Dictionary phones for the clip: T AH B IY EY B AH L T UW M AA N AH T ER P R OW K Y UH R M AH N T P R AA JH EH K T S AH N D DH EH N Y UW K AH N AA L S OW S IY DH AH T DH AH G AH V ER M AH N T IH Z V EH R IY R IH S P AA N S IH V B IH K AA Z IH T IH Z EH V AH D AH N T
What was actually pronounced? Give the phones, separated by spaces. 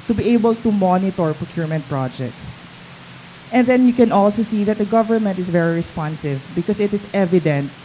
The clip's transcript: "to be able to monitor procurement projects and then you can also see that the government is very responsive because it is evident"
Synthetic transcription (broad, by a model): T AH B IY EY B AH L T UW M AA N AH T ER P R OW K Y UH R M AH N T P R AA JH EH K T S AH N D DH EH N Y UW K AH N AA L S OW S IY DH AH T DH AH G AH V ER M AH N T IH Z V EH R IY R IH S P AA N S IH V B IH K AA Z IH T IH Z EH V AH D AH N T